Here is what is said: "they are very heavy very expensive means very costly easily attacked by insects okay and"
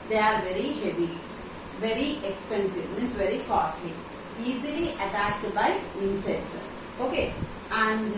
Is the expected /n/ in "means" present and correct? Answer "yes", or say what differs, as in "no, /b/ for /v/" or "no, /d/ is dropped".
no, /n/ is dropped